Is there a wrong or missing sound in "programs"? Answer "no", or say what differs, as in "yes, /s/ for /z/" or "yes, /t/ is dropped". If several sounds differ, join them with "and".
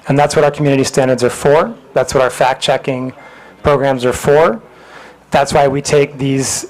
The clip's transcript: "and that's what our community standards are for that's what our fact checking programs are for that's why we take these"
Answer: no